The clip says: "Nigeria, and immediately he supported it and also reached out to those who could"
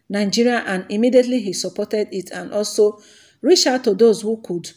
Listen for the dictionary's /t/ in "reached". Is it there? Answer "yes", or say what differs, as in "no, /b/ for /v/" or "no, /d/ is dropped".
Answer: no, /t/ is dropped